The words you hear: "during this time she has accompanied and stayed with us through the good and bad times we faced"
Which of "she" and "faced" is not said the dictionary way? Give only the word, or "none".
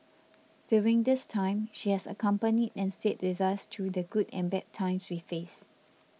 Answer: faced